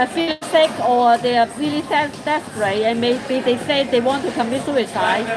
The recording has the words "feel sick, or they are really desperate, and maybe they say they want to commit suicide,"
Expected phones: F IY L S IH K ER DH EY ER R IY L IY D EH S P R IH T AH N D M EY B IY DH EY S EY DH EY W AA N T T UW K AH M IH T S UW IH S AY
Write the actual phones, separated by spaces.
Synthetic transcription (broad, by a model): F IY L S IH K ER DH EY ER L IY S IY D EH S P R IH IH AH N M EY B IY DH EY S EY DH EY W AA N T T UW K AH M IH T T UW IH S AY